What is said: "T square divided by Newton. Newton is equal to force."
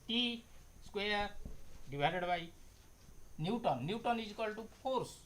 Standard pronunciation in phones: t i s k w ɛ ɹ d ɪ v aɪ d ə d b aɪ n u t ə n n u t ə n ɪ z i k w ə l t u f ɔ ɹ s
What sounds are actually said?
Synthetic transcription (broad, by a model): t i s k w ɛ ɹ d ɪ b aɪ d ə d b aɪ n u t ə n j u t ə n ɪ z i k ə l t u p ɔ ɹ s